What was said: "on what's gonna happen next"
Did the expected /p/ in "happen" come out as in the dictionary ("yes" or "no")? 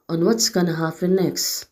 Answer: no